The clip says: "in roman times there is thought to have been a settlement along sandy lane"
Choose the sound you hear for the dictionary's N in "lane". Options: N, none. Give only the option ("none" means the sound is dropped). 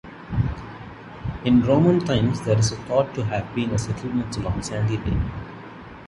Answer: none